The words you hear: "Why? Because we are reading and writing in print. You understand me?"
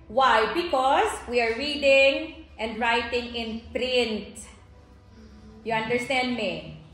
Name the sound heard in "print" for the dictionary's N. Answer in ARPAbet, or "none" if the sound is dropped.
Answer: N